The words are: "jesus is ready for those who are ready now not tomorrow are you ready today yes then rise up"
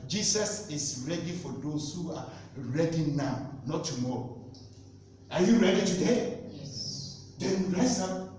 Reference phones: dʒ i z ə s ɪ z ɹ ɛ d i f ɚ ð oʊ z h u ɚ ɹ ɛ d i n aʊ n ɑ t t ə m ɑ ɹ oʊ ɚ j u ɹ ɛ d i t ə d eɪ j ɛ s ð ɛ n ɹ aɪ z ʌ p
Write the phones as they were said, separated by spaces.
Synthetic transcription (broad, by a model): dʒ i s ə s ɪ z ɹ ɛ d i f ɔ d oʊ s h u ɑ ɹ ɛ d i n aʊ n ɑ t t ə m ɑ ɹ oʊ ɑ j u ɹ ɛ d i t ə d eɪ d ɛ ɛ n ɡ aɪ s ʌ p